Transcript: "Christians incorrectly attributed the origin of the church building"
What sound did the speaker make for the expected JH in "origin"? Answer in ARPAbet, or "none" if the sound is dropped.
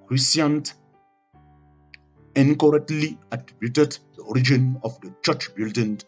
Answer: JH